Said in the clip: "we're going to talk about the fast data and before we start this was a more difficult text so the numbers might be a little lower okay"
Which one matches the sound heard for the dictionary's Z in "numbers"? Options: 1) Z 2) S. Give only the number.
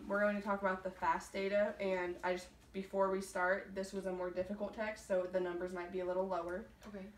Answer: 1